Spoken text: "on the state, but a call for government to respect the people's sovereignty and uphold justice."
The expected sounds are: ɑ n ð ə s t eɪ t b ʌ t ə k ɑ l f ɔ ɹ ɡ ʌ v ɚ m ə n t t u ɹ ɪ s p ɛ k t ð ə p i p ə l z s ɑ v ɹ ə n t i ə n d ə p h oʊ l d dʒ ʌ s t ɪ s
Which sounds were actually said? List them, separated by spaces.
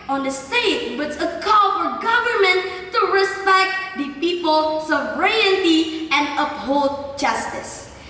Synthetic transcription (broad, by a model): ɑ n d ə s t eɪ t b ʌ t ə k ɑ l f ɔ ɹ ɡ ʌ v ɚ m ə n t t u ɹ ɪ s p ɛ k t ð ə p i p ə l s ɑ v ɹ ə n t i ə n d ə p h oʊ l d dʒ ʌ s t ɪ s